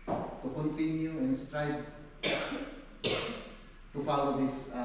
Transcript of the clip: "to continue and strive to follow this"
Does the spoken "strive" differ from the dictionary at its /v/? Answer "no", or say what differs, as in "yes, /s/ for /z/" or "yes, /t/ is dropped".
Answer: yes, /b/ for /v/